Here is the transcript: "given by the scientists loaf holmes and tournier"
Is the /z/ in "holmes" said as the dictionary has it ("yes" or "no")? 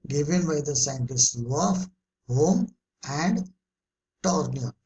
no